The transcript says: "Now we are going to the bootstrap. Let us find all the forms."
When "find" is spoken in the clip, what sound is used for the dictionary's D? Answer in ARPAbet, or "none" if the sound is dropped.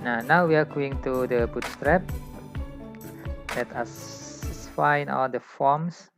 none